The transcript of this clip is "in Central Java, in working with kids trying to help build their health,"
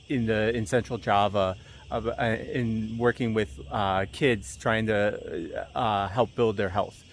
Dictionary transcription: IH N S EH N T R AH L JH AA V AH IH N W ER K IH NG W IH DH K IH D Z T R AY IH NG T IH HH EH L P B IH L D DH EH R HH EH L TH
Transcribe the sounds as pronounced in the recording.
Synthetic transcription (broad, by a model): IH N S EH N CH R L JH AA V AH IH N W ER K IH NG W IH DH K IH D Z T R AY IH NG T IH HH EH L P B IH L D DH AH R HH EH L TH